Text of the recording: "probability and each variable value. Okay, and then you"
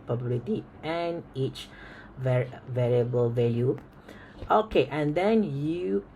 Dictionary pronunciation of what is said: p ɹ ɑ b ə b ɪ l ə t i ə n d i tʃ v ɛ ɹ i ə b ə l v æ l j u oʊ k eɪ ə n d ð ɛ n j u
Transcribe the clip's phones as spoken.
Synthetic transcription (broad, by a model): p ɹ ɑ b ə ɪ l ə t i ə n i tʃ v ɛ ɹ i ə b ə l v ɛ l j u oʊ k eɪ ə n d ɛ n j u